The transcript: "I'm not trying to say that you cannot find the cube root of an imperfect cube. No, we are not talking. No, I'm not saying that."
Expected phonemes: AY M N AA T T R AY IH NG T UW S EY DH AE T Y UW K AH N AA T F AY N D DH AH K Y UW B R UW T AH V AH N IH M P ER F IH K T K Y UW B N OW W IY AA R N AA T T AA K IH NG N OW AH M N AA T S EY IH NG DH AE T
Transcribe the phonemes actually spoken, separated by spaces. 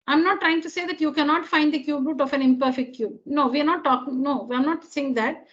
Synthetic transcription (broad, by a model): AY M N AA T T R AY IH NG T UW S EY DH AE T Y UW K AH N AA T F AY N D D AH K Y UW B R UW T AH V AH N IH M P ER F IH K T K Y UW B N OW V IY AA R N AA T T AA K IH NG N OW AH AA N AA T S EY IH NG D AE T